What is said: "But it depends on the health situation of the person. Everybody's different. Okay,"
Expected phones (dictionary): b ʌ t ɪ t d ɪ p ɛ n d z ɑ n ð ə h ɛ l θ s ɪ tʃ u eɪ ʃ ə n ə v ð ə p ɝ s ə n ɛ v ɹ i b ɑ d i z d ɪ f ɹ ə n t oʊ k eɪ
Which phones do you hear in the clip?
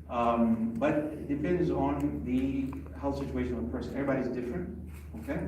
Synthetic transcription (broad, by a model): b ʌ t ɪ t d ɪ p ɛ n d z n ð ə h ɛ l θ s ɪ tʃ u eɪ ʃ ə n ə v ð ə p ɝ s ə n ɛ ɹ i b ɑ d i z d ɪ f ɹ ə n t oʊ k eɪ